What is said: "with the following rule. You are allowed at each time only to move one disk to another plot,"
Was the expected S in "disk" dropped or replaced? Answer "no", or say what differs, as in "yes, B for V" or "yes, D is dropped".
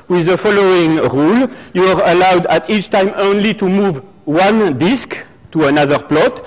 no